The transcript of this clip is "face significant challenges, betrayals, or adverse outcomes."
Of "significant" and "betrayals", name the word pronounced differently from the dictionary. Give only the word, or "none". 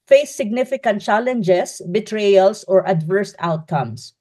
betrayals